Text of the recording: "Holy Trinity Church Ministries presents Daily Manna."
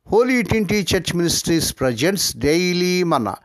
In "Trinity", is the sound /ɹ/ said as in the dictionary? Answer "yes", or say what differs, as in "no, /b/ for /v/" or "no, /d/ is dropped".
no, /ɹ/ is dropped